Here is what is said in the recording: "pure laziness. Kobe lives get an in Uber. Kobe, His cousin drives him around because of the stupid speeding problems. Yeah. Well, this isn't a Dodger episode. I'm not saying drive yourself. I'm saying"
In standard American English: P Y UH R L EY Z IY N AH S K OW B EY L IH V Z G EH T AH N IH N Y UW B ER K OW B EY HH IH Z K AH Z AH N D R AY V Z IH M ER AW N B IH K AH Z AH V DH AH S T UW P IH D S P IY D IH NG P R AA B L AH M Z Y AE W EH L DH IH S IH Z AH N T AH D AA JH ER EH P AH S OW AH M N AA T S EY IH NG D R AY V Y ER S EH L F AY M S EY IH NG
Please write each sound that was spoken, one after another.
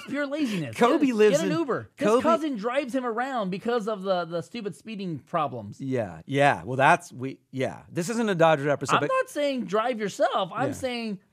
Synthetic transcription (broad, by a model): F Y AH R L EY Z IY N AH S K OW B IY L IH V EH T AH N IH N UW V ER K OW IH K AH Z AH N D R AY V Z IH M ER AW N B IH K AH Z AH V DH AH S T UW P IH D S P IY D IH NG P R AA B L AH M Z Y AE W EH L DH IH S IH Z AH N T AH D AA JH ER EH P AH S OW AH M N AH T S EY IH NG D R AY V Y ER S EH L F AY M S EY IH NG